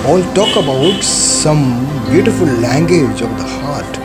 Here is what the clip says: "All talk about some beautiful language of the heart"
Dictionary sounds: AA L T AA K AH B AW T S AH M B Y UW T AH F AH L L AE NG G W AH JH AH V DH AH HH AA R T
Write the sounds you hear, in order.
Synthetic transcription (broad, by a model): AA L T AA K AH B AW T S AH M B Y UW T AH F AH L L AE NG G W AH JH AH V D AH HH AA R T